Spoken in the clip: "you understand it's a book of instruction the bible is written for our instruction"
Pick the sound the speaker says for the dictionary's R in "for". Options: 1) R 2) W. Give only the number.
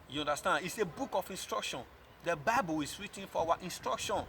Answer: 2